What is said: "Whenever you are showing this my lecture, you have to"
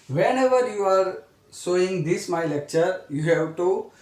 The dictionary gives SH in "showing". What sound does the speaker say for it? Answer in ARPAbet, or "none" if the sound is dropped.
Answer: S